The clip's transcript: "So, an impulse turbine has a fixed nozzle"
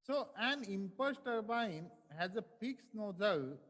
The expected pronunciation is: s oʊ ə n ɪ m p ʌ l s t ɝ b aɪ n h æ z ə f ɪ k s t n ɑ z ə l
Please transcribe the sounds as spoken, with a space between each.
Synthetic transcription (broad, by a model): s oʊ ə n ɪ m p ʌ s t ɝ b aɪ n h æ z ə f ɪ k s n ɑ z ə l